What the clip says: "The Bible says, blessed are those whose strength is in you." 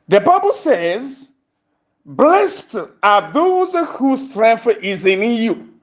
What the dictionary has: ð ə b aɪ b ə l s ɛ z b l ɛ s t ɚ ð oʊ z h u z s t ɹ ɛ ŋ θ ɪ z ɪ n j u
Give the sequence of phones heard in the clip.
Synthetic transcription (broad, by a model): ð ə b aɪ b ə l s ɛ z b l ɛ s t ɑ ð oʊ z h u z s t ɹ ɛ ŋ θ ɪ z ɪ n j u